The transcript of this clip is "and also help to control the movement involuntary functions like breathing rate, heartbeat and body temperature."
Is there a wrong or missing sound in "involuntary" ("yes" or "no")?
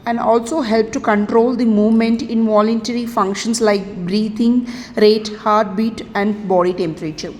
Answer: no